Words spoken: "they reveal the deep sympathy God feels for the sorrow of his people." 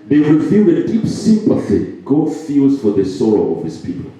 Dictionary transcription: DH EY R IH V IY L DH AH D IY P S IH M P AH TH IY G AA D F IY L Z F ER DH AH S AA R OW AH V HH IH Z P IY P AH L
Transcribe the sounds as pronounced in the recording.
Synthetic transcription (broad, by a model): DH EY W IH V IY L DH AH D IY P S IH M P AH TH IY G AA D F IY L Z F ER DH AH S AA R OW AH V HH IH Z P IY P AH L